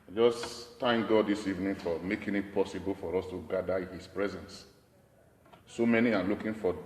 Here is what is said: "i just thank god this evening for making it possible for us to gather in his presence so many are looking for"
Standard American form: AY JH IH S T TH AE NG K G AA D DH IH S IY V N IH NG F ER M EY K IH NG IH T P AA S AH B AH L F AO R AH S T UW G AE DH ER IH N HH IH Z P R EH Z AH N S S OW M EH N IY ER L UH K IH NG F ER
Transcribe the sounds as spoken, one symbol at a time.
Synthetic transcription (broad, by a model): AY JH IH S T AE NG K G AA D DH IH S IY V N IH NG F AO M EY K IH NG IH T P AA S AH B AH L F AO R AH S T UW G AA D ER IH HH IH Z P R EH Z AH N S S OW M EH N IY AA L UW K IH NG F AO